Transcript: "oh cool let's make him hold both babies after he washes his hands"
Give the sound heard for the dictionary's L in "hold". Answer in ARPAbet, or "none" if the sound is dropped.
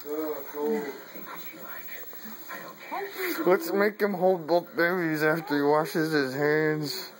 L